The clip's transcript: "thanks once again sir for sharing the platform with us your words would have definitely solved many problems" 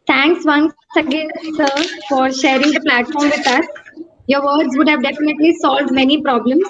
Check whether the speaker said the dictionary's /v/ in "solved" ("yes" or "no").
yes